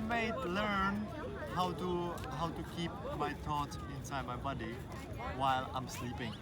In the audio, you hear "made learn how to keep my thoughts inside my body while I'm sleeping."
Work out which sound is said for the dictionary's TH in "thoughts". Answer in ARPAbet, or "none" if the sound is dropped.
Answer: T